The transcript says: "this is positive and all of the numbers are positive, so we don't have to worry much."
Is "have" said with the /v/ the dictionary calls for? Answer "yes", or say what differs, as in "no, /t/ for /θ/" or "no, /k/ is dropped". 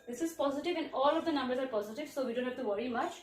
no, /f/ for /v/